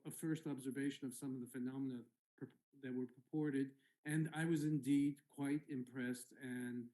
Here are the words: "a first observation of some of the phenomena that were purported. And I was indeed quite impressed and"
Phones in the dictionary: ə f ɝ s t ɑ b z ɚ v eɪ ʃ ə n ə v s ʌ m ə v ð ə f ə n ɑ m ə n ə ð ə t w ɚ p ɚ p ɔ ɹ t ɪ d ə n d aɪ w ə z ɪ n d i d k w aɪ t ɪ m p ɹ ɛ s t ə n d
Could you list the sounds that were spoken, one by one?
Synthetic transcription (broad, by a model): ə f ɝ s t ɑ b z ɚ v eɪ ʃ ə n ə v s ʌ m ə v ð ə f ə n ɑ m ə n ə ð ə t w ɚ p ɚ p ɔ ɹ t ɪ d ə n aɪ w ə z ɪ n d i d k w aɪ t ɪ m p ɹ ɛ s t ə n